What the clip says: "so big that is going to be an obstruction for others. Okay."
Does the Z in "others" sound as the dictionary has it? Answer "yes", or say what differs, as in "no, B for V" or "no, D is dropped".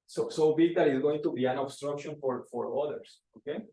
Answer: no, S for Z